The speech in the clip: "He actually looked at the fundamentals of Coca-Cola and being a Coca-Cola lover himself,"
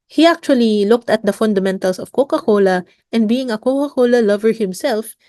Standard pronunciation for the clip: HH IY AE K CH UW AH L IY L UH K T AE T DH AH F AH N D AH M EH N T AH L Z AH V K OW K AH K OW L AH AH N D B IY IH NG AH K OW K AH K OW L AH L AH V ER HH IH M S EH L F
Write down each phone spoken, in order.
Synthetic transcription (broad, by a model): HH IY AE K CH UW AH L IY L UH K T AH T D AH F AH N D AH M EH N T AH L S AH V K OW K AH K OW L AH AH N D B IY IH NG AH K OW K AH K OW L AH L AH V ER HH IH M S EH L F